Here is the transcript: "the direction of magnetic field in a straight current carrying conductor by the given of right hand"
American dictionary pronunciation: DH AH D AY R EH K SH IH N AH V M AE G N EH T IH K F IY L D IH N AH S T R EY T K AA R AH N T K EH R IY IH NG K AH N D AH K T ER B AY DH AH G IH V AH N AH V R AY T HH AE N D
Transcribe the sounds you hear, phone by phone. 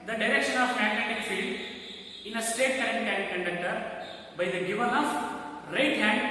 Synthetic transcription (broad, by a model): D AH D AY R EH K SH IH N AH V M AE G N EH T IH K F IY L D IH N AH S T EY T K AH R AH N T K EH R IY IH K AH N D AH K T ER B AY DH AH G IH V AH N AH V R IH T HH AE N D